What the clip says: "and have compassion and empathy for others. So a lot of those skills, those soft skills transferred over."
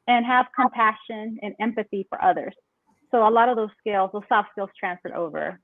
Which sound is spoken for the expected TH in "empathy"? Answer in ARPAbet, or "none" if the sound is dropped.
TH